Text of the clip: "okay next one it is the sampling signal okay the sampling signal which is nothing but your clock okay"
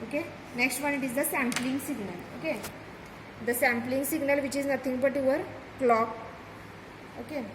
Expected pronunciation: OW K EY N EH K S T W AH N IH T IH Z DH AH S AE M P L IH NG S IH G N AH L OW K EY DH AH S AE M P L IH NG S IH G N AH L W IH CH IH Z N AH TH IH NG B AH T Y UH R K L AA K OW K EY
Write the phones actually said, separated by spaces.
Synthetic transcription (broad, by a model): OW K EY N EH K S T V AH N IH T IH Z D AH S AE M P L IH NG S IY G N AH L OW K EY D AH S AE M P L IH NG S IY G N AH L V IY CH IH Z N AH T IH NG B AH T Y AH R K L AA K OW K EY